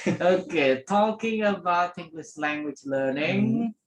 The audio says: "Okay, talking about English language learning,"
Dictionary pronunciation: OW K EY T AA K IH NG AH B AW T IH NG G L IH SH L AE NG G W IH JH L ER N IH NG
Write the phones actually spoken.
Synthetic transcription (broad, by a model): OW K EY T AA K IH NG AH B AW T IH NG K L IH S L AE NG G W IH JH L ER N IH NG